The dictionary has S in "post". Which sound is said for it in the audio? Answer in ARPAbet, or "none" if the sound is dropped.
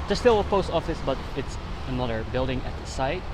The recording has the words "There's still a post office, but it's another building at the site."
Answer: S